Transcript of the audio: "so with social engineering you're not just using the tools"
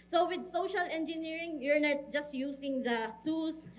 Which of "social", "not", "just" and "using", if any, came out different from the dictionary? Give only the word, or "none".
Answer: using